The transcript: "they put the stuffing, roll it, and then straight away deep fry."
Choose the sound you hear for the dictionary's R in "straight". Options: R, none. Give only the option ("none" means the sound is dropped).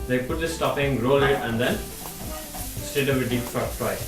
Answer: none